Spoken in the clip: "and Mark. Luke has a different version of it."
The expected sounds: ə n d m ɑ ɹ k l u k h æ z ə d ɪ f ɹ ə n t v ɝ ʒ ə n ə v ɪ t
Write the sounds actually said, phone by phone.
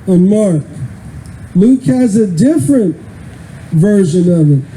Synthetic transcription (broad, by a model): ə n m ɑ ɹ k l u k h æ z ə d ɪ f ɹ ə n t v ɝ ʒ ə n ə v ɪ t